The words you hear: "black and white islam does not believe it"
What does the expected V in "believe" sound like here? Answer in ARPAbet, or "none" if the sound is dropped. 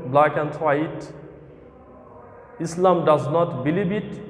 B